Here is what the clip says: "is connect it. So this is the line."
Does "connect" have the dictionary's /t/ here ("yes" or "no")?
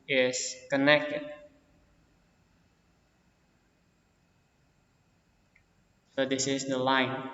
yes